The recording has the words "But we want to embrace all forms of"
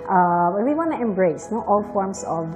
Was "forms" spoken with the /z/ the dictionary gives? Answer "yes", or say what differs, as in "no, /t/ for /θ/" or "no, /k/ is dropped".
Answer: no, /s/ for /z/